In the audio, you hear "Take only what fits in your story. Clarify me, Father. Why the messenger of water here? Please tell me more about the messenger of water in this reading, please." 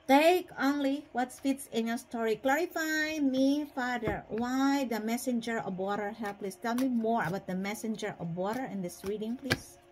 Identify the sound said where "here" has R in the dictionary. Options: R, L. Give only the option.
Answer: L